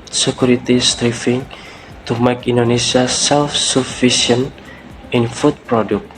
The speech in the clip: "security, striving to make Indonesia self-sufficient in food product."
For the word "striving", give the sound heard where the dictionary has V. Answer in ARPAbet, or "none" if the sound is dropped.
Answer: F